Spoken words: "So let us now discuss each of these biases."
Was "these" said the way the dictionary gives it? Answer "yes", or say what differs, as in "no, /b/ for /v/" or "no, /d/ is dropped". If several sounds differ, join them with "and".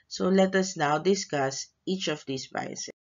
no, /s/ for /z/